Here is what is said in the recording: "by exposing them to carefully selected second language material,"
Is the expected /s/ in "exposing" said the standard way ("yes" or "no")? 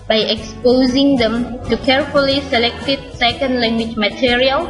yes